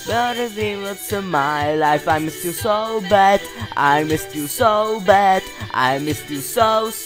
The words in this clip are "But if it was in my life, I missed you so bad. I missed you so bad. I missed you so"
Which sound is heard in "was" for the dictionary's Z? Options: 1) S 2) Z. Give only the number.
1